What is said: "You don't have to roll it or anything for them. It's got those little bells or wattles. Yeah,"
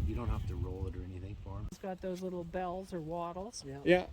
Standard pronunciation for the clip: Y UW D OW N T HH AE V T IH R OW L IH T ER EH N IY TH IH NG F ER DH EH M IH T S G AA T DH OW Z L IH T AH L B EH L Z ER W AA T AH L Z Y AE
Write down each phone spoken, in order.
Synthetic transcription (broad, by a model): Y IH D OW N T HH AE F T IH R OW L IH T ER EH N IY TH IH NG F ER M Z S G AA T DH OW Z L IH T L B EH L Z ER W AA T L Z Y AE